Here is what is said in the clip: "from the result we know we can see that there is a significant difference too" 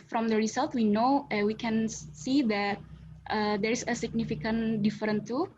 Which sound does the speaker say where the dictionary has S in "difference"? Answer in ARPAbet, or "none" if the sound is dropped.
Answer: none